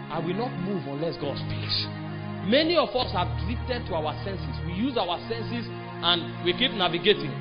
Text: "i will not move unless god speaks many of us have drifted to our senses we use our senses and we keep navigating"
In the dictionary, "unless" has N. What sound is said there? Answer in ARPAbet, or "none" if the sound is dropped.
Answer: N